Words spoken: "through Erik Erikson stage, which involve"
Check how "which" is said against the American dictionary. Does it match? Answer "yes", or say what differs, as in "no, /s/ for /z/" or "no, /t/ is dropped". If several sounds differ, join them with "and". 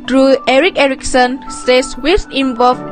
no, /s/ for /tʃ/